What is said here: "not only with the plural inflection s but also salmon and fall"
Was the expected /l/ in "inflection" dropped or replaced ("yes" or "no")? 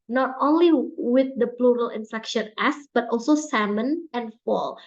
yes